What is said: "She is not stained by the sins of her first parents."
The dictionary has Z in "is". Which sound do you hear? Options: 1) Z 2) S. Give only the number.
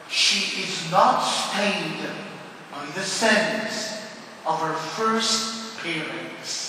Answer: 1